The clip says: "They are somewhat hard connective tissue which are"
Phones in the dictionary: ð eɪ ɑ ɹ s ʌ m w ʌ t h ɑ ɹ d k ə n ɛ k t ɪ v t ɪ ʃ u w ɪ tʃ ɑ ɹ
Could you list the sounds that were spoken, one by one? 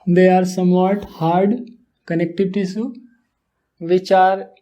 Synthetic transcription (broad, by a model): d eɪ ɑ ɹ s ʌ m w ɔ t h ɑ ɹ d k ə n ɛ k t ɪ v t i s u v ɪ tʃ ɑ ɹ